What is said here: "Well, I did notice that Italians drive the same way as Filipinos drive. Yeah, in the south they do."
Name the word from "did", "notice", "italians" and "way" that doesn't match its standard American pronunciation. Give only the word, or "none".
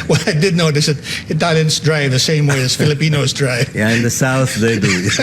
italians